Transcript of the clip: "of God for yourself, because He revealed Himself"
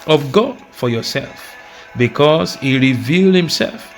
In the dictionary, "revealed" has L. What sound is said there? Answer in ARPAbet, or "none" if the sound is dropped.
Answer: L